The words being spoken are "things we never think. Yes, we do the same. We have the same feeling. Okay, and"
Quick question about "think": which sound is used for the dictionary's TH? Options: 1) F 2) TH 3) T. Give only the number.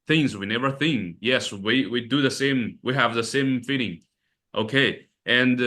2